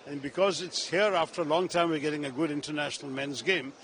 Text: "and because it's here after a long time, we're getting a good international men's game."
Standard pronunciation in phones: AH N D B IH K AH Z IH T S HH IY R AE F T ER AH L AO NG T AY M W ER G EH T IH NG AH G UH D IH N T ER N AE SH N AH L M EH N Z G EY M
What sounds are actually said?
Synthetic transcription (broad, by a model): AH N B IH K AH Z IH T S HH IY R AE F T ER AH L AO NG T AY M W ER G EH T IH NG AH G UH D IH N T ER N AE SH N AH L M EH N Z G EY M